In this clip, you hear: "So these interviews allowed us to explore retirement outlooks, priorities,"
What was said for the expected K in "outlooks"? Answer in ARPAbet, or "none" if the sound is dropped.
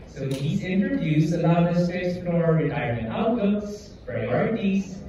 none